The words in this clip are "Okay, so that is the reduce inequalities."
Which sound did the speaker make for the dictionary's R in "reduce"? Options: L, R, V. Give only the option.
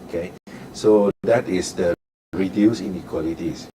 R